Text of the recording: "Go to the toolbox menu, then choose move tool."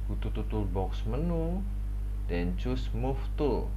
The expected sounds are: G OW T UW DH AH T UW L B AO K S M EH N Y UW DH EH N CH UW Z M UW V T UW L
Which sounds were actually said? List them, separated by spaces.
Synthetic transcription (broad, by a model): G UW T UW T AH T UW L B AO K S M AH N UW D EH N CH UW S M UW F T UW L